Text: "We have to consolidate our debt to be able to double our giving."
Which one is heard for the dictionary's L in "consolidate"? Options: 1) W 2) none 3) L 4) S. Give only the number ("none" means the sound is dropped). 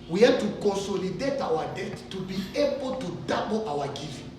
3